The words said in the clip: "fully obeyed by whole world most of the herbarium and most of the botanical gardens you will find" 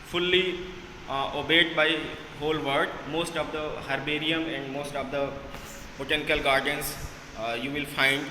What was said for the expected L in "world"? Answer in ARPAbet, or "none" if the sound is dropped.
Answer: none